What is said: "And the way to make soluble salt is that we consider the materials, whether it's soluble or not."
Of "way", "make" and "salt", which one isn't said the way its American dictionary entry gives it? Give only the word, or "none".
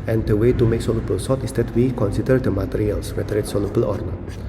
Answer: salt